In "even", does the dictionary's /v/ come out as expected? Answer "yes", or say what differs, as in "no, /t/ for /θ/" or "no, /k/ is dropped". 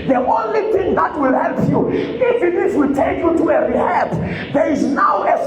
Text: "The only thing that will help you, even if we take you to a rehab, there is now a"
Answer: no, /f/ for /v/